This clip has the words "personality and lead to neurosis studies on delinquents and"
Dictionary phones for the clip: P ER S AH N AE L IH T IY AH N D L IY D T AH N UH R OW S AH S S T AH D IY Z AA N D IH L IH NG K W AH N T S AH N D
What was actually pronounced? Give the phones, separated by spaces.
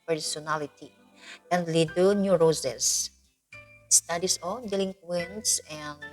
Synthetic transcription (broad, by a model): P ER S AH N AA L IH T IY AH N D L IY D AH N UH R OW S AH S S T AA D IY S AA L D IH L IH NG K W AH N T S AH N